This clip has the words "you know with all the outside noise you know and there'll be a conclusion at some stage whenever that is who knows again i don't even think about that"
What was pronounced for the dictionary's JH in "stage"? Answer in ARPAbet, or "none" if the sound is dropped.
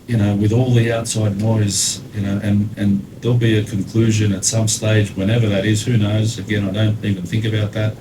JH